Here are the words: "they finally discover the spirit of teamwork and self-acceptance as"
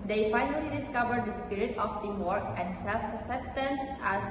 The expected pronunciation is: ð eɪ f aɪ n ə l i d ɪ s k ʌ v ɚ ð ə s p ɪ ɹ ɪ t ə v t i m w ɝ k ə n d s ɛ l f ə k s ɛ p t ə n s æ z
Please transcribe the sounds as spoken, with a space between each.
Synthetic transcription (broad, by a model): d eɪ f aɪ n ə l i d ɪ s k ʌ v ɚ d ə s p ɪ ɹ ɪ t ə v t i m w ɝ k ə n d s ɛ l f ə s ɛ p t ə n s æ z